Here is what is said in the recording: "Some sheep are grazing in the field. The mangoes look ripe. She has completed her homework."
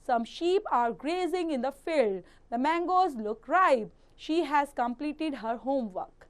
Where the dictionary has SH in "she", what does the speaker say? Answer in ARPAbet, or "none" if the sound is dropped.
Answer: SH